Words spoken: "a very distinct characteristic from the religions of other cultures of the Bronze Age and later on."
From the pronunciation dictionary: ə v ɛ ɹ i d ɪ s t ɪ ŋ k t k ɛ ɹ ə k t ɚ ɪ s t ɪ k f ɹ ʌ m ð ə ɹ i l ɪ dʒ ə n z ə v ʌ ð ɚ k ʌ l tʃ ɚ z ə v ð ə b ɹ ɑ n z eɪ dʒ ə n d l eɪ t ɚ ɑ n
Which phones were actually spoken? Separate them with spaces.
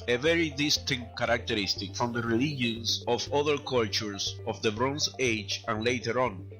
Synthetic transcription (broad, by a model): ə v ɛ ɹ i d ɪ s t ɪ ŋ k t k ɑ ɹ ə k t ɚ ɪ s t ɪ k f ɹ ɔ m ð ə ɹ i l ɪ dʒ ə n s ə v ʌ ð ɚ k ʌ l tʃ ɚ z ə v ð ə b ɹ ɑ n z eɪ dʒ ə n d l eɪ t ɚ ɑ n